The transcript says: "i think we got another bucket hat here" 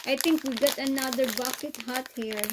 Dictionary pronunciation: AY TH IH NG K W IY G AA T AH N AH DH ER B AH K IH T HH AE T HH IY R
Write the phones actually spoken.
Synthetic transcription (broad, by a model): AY T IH NG K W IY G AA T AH N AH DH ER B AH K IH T HH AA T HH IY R